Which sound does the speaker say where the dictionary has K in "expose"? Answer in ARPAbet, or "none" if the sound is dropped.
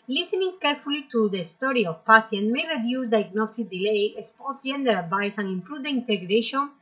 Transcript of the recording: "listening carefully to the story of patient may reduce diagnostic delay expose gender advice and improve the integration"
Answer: none